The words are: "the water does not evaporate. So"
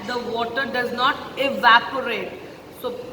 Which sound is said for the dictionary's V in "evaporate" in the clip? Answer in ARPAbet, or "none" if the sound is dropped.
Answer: V